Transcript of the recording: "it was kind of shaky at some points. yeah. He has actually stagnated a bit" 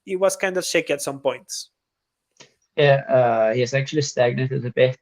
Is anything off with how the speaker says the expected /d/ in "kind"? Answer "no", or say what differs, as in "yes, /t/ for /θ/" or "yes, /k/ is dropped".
no